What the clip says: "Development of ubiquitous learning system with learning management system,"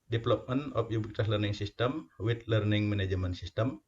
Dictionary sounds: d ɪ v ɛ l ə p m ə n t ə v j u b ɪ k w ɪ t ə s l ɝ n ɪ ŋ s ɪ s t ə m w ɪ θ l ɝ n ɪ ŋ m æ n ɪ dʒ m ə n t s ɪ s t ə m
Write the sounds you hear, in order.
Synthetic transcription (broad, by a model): d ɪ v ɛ l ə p m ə n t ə p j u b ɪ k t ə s l ɝ n ɪ ŋ s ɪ s t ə m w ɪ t l ɝ n ɪ ŋ m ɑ n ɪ dʒ m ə n s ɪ s t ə m